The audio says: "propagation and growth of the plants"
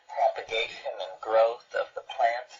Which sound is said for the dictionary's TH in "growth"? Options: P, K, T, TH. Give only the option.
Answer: TH